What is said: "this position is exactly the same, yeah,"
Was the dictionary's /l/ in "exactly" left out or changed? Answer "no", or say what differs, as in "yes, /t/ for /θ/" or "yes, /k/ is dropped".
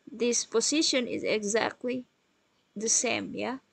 no